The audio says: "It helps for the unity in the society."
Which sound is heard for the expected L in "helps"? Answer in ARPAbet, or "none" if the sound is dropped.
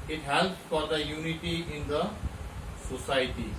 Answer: L